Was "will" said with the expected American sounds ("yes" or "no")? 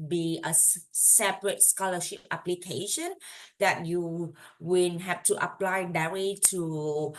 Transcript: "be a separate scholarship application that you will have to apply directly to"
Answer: no